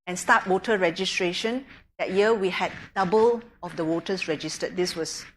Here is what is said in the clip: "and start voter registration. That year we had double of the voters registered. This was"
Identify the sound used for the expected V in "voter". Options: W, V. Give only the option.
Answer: W